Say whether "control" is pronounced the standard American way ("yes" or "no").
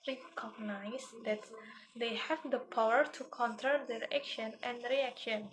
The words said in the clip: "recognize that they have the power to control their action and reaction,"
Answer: no